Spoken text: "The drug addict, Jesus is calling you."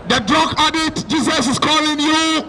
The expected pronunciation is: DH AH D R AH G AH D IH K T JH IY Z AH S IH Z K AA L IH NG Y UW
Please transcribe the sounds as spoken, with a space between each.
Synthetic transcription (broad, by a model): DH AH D R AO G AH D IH T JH IY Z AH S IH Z K AA L IH NG Y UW